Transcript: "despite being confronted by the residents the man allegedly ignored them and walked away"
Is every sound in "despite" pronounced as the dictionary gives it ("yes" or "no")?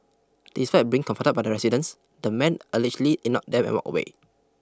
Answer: no